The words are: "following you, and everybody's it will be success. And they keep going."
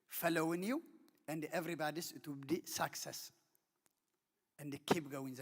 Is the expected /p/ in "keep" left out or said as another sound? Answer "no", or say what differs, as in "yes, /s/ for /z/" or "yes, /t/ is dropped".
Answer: yes, /b/ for /p/